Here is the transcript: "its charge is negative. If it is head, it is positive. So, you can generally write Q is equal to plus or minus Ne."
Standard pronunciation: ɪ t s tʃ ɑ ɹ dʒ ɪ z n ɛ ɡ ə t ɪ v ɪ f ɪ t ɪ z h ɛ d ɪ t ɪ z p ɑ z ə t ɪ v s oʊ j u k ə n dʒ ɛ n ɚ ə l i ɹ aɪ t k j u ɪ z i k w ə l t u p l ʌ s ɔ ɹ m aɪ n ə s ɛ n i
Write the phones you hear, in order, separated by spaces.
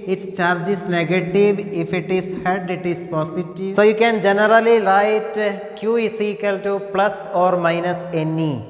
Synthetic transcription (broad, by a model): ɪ t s tʃ ɑ ɹ dʒ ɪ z n ɛ ɡ ə t ɪ v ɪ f ɪ t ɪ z h ɛ d ɪ t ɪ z p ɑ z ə t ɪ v s oʊ j u k ə n dʒ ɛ n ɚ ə l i l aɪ t k j u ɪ s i k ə l t u p l ʌ s ɔ ɹ m aɪ n ə s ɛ n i